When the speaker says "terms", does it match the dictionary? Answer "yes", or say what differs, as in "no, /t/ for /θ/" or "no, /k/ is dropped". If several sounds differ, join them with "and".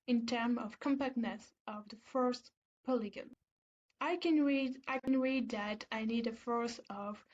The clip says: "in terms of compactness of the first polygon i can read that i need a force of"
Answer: no, /z/ is dropped